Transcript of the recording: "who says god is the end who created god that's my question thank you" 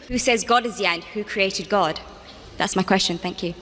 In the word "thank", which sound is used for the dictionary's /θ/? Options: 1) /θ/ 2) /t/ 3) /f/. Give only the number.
1